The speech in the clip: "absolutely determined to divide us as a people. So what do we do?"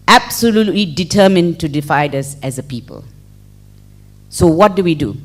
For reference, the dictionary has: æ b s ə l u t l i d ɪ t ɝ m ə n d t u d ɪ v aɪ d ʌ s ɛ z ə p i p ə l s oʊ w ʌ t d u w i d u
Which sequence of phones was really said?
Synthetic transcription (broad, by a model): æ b s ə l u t l i d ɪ t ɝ m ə n t u d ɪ f aɪ d ʌ s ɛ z ə p i p ə l s oʊ w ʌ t d u w i d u